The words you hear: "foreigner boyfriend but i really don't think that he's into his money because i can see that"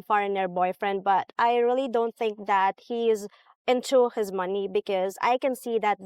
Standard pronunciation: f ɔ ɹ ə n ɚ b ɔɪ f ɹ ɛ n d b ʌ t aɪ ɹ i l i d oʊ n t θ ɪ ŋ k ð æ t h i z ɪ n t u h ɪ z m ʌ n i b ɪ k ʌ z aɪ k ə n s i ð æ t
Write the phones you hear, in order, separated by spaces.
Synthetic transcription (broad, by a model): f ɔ ɹ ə n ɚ b ɔɪ f ɹ ɛ n d b ʌ t aɪ ɹ i l i d oʊ n t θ ɪ ŋ k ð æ t h i z ɪ n t u h ɪ z m ʌ n i b ɪ k ʌ z aɪ k ə n s i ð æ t